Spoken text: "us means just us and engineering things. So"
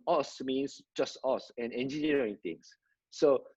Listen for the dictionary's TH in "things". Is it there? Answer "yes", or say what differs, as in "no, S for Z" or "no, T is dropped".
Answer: no, T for TH